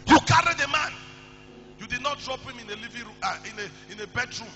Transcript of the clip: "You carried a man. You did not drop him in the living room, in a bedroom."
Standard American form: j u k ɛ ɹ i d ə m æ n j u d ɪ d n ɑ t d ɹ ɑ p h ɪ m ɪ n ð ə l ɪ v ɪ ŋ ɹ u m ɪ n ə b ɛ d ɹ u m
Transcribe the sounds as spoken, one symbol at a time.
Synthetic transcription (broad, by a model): j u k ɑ ɹ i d ə m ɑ n j u d ɪ d n ɑ t d ɹ ɑ p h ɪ m ɪ n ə l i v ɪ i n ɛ ɪ n ə b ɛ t ɹ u m